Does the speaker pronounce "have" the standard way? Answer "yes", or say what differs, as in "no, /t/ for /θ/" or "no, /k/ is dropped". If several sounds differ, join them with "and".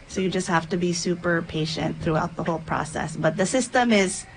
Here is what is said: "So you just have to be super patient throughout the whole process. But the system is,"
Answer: no, /f/ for /v/